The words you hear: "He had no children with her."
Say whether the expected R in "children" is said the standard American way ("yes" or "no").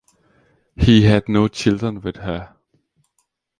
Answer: no